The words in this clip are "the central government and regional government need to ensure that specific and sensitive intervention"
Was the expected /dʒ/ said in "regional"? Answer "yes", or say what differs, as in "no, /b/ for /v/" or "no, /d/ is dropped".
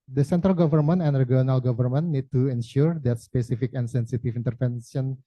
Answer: no, /dʒ/ is dropped